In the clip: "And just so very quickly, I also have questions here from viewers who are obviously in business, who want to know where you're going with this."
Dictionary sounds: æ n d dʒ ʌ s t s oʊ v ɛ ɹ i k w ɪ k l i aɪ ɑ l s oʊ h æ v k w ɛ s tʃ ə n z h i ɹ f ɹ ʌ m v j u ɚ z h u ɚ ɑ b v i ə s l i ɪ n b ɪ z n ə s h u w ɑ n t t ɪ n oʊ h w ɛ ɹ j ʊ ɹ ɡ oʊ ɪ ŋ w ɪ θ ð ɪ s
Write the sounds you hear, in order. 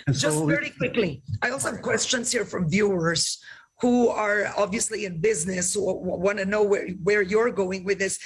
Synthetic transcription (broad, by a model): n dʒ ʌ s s v ɛ ɹ i k w ɪ k l i aɪ ɑ l s oʊ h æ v k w ɛ s tʃ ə n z h i ɹ f ɹ ʌ m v j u ɚ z h u ɚ ɑ b v i ə s l i ɪ n b ɪ z n ə s h u w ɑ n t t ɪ n oʊ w w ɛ ɹ j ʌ ɹ ɡ oʊ ɪ ŋ w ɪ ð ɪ s